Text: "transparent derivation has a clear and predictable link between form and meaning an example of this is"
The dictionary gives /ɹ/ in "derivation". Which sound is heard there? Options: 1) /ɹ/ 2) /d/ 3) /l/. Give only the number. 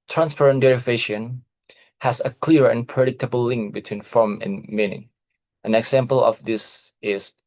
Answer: 1